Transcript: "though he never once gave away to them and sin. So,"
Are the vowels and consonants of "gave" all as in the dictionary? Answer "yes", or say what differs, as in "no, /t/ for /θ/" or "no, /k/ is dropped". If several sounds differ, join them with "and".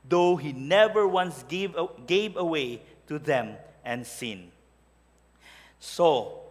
yes